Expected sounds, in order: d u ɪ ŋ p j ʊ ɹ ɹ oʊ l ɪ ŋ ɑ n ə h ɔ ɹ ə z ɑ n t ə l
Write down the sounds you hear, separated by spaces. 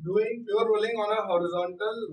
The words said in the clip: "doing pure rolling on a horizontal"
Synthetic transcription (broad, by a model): d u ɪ ŋ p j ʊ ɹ ɹ oʊ l ɪ ŋ ɑ n ə h ɔ ɹ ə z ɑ n t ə l